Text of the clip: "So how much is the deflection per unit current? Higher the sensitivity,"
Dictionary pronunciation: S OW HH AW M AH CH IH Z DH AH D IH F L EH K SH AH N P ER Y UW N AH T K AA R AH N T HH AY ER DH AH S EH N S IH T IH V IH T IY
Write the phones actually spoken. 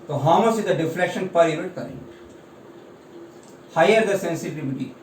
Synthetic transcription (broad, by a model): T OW HH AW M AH S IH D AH D IH F L EH K SH AH N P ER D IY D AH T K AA R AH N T HH AY ER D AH S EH N S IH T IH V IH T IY